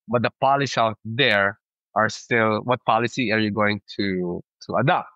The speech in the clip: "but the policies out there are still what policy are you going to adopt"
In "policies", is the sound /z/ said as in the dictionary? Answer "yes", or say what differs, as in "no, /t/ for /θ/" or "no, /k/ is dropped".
no, /z/ is dropped